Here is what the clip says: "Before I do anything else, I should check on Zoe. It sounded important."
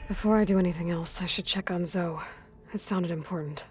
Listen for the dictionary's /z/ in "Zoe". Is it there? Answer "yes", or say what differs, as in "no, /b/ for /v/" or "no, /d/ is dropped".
yes